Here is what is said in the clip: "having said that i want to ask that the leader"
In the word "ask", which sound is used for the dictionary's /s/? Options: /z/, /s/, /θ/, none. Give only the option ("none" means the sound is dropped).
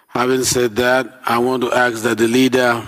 none